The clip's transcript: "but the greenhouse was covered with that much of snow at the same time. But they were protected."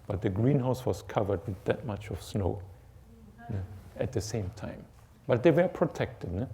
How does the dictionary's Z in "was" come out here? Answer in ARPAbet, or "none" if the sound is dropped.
S